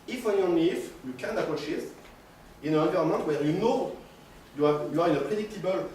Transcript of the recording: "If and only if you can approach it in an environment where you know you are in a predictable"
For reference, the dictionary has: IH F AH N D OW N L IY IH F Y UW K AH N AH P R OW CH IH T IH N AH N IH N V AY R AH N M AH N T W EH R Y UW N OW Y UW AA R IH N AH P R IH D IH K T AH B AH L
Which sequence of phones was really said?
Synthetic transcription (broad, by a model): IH F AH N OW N IY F Y UW K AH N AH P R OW SH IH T IH N AH N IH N V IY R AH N M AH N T W EH R Y UW N OW Y UW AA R IH N AH P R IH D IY K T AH B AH L